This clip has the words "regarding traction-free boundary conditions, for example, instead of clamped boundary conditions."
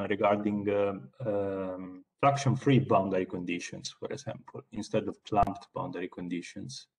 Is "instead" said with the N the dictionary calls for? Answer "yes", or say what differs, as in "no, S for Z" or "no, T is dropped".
yes